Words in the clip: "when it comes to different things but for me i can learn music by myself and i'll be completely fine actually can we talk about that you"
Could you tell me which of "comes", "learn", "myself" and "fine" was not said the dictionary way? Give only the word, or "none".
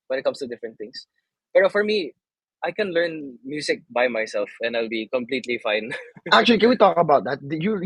comes